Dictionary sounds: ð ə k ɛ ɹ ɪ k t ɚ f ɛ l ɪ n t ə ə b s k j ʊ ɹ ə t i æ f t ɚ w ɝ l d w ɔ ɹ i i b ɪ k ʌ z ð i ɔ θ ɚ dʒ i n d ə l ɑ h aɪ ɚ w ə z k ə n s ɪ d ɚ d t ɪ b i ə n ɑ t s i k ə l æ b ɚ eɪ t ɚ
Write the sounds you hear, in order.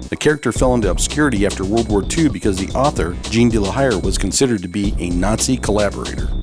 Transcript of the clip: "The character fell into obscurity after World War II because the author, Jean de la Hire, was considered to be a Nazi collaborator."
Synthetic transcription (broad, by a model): ð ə k ɛ ɹ ɪ k t ɚ f ɛ l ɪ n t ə ə b s k j ʊ ɹ ə t i æ f t ɚ w ɝ l d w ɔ ɹ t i b ɪ k ʌ z ð i ɔ θ ɚ dʒ i n d ə l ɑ h aɪ ɚ w ə z k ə n s ɪ d ɚ d t ɪ b i ə n ɑ t s i k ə l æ b ɚ eɪ t ɚ